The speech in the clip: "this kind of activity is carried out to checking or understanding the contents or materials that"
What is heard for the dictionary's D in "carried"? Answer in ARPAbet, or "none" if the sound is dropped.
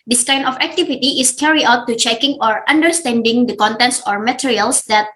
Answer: none